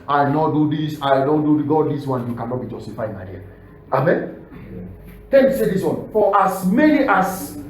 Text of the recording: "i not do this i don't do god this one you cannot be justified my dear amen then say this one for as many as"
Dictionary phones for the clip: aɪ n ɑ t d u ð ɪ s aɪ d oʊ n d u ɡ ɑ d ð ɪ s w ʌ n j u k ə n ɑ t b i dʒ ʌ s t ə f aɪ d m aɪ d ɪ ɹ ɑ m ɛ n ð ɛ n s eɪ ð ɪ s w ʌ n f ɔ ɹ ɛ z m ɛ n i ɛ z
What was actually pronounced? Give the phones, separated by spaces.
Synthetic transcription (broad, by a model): aɪ n ɑ t d u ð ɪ s aɪ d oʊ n d u ɡ ɑ d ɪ s w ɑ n j u k ə n ɑ t b i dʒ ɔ s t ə f aɪ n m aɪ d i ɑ ɑ m ɛ n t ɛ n s eɪ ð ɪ s w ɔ n f ɔ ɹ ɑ s m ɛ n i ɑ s